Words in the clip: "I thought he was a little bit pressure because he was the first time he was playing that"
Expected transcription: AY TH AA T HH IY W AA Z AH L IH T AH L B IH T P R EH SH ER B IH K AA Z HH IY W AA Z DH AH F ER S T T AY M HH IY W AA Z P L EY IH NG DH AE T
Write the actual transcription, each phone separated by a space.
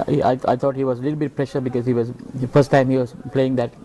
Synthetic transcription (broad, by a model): AY T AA T HH IY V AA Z AH L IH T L B IH T P R EH SH ER B IH K AA Z HH IY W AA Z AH F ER S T T AY M HH IY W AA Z P L EY IH NG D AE T